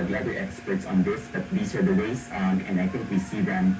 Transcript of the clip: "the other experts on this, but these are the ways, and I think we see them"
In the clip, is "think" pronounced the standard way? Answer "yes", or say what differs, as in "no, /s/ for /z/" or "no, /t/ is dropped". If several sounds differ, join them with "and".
no, /t/ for /θ/